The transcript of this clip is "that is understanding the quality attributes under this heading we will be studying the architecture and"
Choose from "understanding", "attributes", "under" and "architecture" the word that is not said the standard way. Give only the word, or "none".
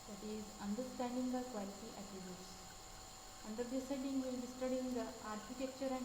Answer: attributes